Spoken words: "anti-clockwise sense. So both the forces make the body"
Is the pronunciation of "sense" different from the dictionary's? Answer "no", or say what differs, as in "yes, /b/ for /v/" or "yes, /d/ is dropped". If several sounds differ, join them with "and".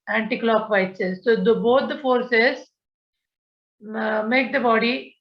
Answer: yes, /n/ is dropped